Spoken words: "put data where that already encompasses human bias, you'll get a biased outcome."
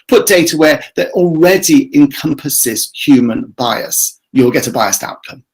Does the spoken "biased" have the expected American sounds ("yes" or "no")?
yes